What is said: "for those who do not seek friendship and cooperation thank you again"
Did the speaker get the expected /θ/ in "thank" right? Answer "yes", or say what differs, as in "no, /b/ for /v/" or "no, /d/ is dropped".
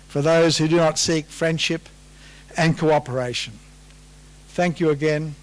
yes